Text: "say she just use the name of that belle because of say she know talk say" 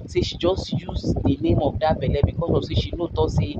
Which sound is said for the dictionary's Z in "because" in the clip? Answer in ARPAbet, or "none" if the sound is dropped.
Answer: S